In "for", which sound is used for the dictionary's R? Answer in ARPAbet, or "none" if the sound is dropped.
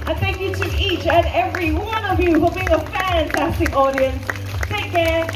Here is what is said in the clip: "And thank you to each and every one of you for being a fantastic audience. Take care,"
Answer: L